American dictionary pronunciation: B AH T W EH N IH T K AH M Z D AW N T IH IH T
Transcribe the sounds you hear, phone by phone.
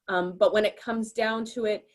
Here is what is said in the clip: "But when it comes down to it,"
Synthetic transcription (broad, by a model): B AH T W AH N IH T K AH M Z D AW N T IH IH T